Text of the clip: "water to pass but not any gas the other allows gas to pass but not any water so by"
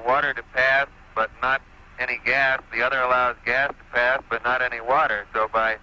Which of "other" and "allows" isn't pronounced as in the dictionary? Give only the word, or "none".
none